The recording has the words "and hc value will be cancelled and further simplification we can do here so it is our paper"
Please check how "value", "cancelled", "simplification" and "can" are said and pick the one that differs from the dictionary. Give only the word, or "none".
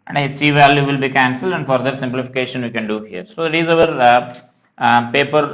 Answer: none